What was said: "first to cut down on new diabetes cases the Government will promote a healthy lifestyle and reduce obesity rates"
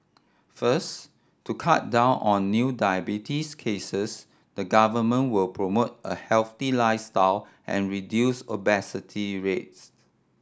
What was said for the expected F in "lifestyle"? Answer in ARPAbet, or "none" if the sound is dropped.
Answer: none